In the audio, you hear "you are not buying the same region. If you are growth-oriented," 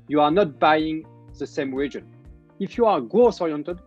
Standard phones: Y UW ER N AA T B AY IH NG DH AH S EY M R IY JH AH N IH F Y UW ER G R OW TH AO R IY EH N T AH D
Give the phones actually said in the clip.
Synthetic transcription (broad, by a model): Y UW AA N AA T B AY IH NG DH AH S EY M R IY JH AH N IH F Y UW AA G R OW S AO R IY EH N T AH D